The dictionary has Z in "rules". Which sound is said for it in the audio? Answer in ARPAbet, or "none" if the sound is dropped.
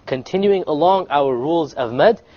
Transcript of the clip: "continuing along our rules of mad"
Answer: Z